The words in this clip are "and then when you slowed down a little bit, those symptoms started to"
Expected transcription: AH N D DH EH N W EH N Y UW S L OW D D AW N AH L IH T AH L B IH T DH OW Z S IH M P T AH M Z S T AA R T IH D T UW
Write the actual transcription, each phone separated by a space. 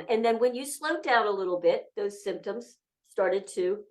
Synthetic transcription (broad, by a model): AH N DH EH N W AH N Y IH S L OW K D AW N AH L IH T L B IH T DH OW Z S IH M P T AH M Z S T AA R T IH D T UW